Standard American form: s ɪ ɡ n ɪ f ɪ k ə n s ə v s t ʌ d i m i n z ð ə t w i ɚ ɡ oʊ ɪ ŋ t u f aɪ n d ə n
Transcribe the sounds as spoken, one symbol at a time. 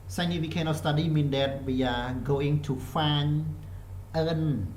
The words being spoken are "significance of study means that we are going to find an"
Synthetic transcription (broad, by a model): s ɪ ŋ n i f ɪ k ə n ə s t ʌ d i m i n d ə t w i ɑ ɡ oʊ ɪ ŋ t u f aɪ n ə n